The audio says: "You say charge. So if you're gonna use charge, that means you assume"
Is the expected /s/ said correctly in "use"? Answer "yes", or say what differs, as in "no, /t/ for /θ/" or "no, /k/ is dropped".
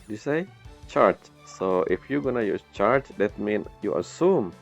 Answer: no, /s/ is dropped